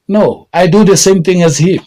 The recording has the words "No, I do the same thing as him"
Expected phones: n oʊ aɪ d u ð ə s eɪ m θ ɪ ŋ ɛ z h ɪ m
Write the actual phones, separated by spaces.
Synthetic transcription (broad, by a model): n oʊ aɪ d u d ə s eɪ m t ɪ ŋ ɛ z h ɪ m